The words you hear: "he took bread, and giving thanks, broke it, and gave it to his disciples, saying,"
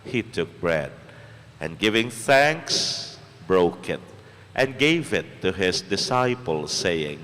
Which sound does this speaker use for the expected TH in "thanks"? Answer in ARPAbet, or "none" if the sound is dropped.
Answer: TH